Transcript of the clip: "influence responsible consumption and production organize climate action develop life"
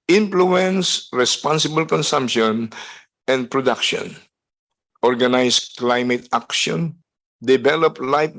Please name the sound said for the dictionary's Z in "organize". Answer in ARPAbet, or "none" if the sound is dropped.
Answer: S